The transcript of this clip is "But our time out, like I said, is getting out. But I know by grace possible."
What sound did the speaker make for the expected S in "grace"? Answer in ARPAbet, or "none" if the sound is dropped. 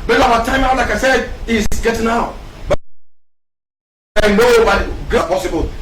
none